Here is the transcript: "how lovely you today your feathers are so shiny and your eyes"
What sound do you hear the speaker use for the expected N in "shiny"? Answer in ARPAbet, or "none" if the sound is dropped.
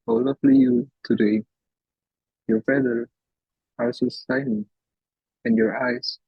L